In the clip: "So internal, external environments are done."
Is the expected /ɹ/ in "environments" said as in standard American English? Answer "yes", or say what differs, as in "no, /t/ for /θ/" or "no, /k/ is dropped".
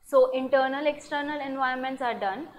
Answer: no, /ɹ/ is dropped